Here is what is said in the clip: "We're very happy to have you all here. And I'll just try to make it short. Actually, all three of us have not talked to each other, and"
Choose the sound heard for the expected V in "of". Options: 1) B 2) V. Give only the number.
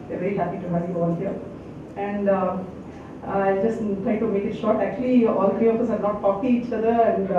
1